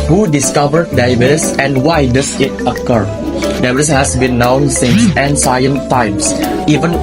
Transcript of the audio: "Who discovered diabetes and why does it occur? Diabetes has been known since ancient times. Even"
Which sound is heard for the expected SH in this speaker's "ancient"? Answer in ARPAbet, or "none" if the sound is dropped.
S